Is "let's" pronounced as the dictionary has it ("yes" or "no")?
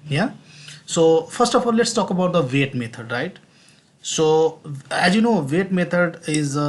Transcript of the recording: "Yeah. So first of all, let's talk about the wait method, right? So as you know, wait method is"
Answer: yes